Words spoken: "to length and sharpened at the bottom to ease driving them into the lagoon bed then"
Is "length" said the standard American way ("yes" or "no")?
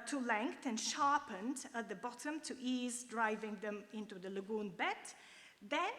no